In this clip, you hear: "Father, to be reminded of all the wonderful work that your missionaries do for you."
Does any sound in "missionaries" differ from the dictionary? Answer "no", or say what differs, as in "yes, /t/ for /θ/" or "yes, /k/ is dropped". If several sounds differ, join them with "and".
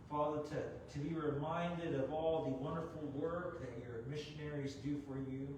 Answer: no